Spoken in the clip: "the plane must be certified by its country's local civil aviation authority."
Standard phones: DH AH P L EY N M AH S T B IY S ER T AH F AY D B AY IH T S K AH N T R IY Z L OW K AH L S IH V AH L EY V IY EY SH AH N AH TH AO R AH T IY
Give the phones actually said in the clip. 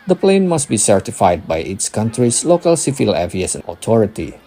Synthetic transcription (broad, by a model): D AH P L EY N M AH S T B IY S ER T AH F AY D B AY IH T S K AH N T R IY S L OW K AH L S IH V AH L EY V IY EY S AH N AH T AO R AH T IY